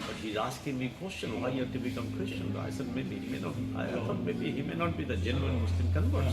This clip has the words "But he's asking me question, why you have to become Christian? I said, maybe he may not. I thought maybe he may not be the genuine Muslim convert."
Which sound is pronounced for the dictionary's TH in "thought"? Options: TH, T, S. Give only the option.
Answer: S